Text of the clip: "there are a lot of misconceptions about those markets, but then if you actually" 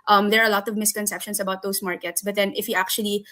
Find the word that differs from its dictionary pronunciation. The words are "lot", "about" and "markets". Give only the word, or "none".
none